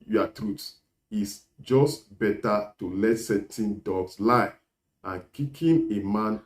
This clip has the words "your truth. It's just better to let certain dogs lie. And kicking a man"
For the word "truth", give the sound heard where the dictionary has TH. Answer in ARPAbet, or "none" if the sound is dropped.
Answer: S